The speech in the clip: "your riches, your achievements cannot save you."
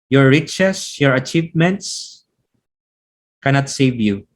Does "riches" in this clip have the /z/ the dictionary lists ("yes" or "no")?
no